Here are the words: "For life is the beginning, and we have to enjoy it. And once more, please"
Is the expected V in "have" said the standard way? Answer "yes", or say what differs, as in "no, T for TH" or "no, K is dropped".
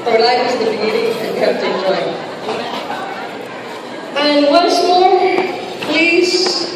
no, F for V